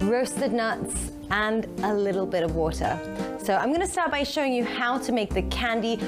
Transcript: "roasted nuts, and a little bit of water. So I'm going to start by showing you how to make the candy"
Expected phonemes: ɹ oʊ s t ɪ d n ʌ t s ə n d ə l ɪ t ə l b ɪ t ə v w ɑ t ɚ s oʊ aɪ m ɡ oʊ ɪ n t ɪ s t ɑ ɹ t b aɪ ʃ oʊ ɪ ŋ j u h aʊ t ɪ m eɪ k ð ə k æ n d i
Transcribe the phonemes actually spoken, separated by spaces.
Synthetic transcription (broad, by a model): ɹ oʊ s t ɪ d n ʌ t s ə n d ə l ɪ t l b ɪ t ə v w ɑ t ɚ s oʊ aɪ m ɡ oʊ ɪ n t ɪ s t ɑ ɹ t b aɪ ʃ oʊ ɪ ŋ j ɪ h aʊ t ɪ m eɪ k ð ə k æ n d i